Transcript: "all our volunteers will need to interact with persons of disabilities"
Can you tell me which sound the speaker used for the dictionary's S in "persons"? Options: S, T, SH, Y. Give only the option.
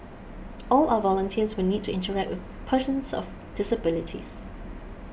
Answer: SH